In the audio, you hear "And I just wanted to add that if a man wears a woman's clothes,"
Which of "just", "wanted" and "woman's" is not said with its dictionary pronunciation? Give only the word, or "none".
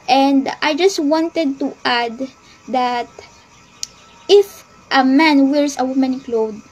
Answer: woman's